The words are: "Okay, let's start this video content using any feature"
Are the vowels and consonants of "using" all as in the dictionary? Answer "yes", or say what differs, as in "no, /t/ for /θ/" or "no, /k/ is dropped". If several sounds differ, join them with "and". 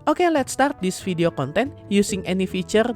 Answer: no, /s/ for /z/